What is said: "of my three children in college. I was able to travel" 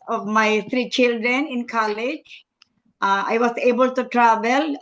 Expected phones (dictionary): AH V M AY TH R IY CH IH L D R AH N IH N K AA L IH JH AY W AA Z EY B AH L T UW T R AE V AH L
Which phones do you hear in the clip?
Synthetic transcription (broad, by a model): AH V M AY T R IY CH IH L D R AH N IH N K AA L IH JH AY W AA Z EY B AH L T UW T R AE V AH L